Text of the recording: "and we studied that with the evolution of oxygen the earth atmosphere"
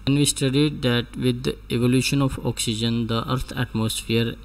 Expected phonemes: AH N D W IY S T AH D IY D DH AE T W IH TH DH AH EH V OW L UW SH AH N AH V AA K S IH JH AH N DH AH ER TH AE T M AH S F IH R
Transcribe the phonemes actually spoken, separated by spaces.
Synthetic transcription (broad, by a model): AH N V IY S T AH D IY D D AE T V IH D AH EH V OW L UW SH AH N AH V AA K S IH JH AH N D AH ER T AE T M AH S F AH R